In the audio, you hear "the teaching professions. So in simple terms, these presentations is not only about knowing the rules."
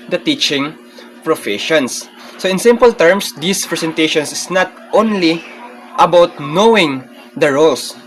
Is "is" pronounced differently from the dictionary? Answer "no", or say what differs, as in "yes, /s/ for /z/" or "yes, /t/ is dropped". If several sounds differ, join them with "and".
yes, /s/ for /z/